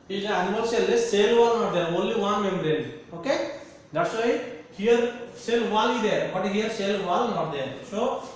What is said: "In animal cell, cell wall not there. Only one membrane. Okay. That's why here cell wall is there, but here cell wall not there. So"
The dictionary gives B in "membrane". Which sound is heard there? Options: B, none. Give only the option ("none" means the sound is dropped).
none